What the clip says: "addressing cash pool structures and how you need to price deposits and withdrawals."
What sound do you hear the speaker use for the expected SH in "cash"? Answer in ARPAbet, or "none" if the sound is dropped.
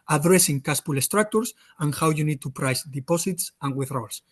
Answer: S